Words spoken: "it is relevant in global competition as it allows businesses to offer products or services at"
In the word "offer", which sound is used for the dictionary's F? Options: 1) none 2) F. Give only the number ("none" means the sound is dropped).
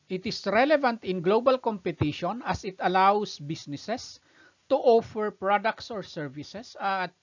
2